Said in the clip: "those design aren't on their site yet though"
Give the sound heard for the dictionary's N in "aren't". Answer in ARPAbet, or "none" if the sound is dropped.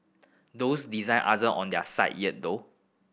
none